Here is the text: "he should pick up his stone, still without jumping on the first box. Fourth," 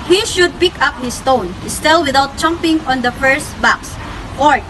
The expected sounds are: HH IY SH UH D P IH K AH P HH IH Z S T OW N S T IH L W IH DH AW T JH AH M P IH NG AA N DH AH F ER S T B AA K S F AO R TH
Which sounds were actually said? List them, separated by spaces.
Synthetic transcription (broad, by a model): HH IY SH UH D P IH K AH P HH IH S T OW N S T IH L W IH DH AW T CH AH M P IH NG AA N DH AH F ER S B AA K S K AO R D